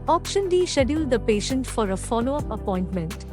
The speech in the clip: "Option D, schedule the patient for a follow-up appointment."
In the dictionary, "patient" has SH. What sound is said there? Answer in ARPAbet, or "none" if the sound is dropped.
SH